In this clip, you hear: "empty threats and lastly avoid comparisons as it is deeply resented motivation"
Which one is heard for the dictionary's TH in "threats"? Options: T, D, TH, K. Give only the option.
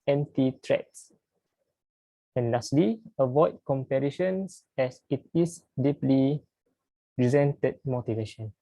T